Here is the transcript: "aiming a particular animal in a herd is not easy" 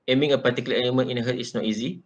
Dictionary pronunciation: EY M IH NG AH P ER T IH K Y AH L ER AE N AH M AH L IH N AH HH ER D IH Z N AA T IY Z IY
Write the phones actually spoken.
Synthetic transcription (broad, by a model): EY M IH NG AH P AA T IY K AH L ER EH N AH M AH N IH N AH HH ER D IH S N AA T IY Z IY